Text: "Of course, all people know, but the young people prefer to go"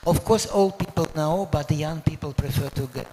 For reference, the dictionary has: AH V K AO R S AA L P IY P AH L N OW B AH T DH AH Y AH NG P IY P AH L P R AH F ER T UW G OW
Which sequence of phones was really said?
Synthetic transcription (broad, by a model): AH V K AO R S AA L P IY P AH L N OW B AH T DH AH Y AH NG P IY P AH L P R AH F ER T UW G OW